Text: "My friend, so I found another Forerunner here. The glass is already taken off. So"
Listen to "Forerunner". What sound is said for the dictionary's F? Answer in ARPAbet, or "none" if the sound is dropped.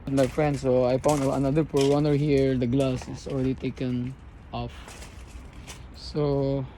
P